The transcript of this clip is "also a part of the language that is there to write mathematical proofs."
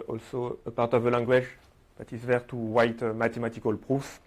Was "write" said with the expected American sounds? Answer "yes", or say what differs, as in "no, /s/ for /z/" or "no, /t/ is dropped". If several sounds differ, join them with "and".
no, /w/ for /ɹ/